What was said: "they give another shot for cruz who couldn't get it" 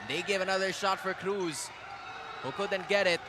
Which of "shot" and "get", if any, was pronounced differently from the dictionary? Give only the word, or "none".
none